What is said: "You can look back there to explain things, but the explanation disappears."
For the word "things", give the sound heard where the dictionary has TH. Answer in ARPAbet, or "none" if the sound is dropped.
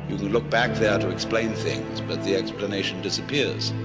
TH